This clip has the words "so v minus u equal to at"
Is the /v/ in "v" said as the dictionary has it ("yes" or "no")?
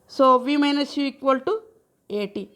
yes